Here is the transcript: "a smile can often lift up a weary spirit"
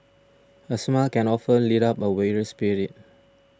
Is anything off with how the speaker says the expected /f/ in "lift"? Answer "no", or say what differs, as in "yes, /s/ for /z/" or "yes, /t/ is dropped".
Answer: yes, /f/ is dropped